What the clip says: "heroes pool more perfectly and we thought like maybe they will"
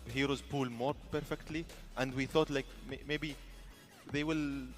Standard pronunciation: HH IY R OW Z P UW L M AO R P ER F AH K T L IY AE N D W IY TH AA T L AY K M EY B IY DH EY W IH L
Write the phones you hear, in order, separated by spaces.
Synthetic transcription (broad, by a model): HH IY R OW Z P UW L M AO R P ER F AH K T L IY AE N D W IY TH AA T L AY K M EY B IY DH EY W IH L